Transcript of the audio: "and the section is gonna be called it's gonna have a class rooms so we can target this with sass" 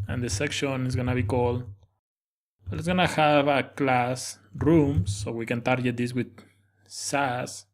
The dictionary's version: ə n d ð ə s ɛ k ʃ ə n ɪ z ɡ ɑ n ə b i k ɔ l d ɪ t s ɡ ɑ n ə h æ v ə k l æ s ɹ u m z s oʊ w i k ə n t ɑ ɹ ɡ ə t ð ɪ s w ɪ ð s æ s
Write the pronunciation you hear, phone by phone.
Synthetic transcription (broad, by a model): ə n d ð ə s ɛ k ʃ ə n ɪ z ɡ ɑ n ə b i k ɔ l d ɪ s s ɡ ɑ n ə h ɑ b ə k l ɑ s ɹ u m s oʊ w i k ə n t ɑ ɹ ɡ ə t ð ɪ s w ɪ ð s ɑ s